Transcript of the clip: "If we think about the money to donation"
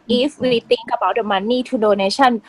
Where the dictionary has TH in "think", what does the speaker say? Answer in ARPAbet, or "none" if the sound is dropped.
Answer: T